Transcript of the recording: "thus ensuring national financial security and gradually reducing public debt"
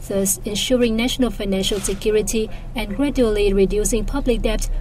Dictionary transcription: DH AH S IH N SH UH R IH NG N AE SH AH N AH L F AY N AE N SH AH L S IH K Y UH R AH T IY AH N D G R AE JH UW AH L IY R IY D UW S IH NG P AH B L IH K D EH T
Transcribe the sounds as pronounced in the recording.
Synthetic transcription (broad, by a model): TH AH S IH N SH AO R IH NG N AE SH AH N AH L F AY N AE N SH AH L S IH K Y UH R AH T IY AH N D G R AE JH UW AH L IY R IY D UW S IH NG P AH B L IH K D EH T